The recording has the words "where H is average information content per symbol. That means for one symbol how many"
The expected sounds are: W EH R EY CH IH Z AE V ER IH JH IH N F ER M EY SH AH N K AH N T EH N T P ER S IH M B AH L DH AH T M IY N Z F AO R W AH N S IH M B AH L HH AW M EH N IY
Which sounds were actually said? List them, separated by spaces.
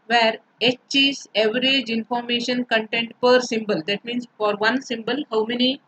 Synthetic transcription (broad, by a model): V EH R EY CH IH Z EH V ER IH JH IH N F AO M EY SH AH N K AH N T EH N T P ER S IH M B AH L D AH T M IY N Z F AO R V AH N S IH M B AH L HH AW M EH N IY